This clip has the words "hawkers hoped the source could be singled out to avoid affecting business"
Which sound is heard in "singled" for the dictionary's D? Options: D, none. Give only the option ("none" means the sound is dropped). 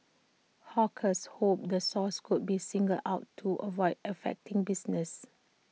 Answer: none